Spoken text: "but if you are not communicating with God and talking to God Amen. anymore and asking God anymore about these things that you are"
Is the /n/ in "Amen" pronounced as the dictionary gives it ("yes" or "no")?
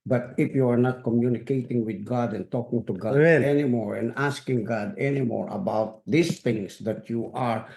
no